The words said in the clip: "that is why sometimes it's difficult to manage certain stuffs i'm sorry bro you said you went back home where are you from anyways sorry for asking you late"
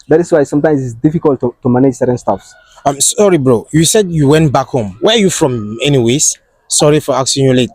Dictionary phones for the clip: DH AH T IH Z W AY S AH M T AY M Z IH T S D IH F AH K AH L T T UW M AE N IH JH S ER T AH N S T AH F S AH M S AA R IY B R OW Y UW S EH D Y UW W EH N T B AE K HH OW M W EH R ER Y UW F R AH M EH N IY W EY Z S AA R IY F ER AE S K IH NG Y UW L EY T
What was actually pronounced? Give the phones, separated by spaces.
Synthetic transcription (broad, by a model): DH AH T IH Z W AY S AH M T AY M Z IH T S D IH F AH K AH L T T UW M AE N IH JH S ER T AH N S T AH F S AH M S AA R IY B R OW Y UW S EH D Y UW W EH N T B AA K HH OW M W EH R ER Y UW F R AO M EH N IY W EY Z S AA R IY F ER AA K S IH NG Y UW L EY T